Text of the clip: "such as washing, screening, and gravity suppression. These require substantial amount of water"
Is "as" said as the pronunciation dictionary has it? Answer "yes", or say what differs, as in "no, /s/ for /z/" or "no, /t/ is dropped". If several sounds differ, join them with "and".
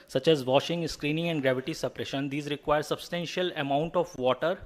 yes